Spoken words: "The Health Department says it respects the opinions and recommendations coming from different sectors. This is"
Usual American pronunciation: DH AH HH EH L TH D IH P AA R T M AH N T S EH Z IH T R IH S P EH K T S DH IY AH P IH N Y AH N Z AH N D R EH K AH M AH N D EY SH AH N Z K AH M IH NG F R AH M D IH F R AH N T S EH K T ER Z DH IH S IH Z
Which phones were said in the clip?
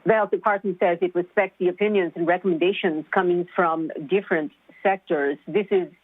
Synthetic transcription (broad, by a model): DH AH HH EH L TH D IH P AA R T M AH N T S EH Z IH T R IH S P EH K T S DH IY AH P IH N Y AH N Z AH N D R EH K AH M AH N D EY SH AH N Z K AH M IH NG F R AH M D IH F R AH N T S EH K T ER Z DH IH S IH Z